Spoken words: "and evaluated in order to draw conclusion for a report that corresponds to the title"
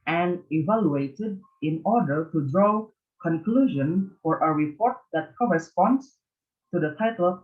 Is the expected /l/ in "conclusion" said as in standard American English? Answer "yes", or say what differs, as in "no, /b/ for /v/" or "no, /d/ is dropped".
yes